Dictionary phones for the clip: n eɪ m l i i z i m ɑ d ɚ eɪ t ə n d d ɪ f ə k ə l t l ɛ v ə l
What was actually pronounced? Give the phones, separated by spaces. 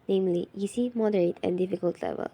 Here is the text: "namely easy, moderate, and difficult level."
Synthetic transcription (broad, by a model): n eɪ m l i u s i m ɑ d ɚ eɪ t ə n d d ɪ f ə k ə l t l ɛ v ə l